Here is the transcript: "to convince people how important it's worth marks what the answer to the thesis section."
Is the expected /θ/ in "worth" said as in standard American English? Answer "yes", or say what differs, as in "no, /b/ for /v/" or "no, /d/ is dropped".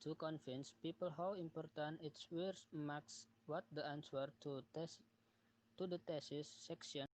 no, /s/ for /θ/